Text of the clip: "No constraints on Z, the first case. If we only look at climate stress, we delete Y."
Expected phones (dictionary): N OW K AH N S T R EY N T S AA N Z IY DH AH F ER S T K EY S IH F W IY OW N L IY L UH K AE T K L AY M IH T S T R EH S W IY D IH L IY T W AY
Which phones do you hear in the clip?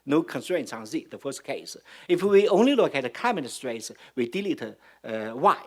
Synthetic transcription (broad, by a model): N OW K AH N S T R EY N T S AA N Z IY DH AH F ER S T K EY S IH F W IY OW N L IY L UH K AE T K AY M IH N S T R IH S W IY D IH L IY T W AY